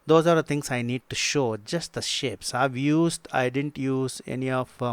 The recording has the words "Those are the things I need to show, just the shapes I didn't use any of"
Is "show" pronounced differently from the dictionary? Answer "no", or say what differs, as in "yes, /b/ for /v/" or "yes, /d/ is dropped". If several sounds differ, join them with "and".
no